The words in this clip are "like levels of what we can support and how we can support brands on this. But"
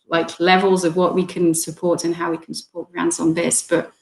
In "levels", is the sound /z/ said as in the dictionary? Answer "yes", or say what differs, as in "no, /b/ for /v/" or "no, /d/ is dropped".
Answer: yes